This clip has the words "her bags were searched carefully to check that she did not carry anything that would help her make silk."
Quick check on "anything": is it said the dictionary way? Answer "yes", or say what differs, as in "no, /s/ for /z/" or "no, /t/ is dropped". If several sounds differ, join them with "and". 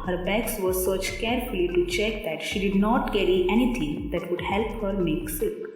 no, /t/ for /θ/